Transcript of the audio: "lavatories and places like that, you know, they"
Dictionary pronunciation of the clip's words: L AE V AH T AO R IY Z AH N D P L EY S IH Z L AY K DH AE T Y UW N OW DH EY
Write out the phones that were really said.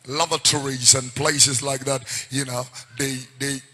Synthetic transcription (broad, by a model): L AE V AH T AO R IY Z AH N P L EY S IH Z L AY K DH AE T Y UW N OW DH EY